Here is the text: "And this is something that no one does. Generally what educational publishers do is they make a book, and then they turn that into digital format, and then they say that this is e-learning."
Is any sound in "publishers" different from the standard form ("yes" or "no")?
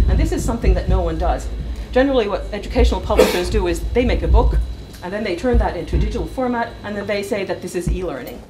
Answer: no